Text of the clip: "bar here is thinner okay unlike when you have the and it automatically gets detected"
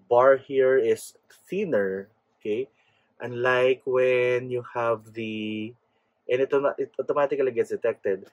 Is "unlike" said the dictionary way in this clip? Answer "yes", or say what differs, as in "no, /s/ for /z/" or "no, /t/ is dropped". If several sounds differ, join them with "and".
yes